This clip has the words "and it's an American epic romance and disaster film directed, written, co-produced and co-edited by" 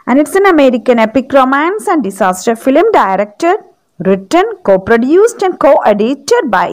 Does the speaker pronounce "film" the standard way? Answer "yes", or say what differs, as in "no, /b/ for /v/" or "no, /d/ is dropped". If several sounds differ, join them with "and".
yes